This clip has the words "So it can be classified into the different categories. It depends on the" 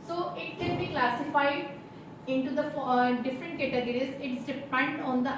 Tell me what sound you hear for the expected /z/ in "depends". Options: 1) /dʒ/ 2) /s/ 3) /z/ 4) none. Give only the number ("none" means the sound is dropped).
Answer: 4